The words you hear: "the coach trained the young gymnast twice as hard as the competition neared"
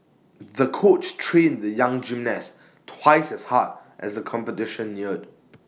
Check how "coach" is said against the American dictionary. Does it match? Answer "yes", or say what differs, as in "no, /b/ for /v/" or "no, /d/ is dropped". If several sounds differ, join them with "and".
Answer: yes